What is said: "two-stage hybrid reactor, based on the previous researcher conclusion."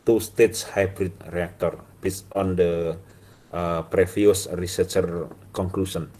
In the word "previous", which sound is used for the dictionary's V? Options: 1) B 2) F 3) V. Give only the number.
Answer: 2